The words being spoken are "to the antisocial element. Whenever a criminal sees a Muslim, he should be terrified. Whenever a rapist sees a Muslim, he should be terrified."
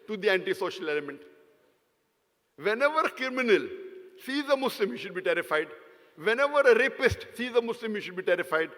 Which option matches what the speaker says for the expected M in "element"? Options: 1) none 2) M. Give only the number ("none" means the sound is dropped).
2